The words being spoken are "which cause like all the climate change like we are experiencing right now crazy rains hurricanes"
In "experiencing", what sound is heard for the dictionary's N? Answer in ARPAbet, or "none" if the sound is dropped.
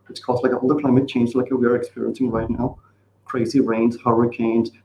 N